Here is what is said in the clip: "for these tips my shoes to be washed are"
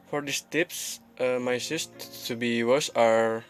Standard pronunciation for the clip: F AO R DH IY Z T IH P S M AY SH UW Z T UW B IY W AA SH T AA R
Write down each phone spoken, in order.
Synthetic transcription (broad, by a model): F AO R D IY S T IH P S M AY S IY S T UW B IY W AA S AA R